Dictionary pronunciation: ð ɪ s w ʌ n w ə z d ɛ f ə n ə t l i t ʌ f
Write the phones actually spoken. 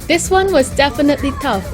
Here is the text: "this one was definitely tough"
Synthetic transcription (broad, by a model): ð ɪ s w ʌ n w ə z d ɛ f ə n ə t l i t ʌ f